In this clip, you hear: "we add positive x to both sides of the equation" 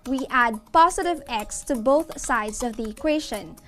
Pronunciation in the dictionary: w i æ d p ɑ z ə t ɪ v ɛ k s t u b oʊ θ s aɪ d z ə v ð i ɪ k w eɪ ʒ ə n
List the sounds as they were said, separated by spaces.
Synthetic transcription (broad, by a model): w i æ d p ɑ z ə t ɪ v ɛ k s t u b oʊ θ s aɪ d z ə v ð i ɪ k w eɪ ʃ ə n